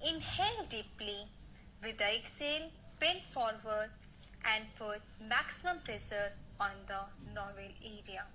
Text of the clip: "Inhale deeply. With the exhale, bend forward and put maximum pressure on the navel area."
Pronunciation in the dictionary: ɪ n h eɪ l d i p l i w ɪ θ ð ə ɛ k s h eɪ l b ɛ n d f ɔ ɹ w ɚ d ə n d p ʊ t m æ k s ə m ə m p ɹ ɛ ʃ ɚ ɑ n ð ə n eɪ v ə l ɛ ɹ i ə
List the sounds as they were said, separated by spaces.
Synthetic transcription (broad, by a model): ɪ n h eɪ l d i p l i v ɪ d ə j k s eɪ l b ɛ n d f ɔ ɹ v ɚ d ə n d p ʊ t m æ k s ə m ə m p ɹ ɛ s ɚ ɑ n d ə n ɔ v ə l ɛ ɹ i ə